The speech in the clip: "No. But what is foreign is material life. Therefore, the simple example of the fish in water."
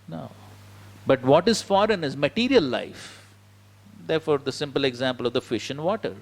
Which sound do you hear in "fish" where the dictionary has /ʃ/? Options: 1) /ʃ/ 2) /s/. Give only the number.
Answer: 1